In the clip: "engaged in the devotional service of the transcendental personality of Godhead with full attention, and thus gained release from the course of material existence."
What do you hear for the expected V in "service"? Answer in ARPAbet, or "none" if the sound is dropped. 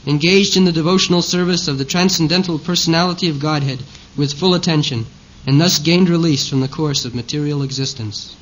V